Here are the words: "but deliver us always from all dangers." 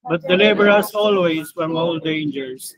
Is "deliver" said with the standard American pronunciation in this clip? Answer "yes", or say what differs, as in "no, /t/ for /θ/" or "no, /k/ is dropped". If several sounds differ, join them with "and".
no, /b/ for /v/